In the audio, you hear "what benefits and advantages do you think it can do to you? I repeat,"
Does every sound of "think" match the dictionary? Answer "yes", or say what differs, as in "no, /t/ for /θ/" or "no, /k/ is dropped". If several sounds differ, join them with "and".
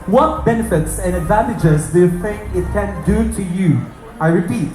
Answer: no, /k/ is dropped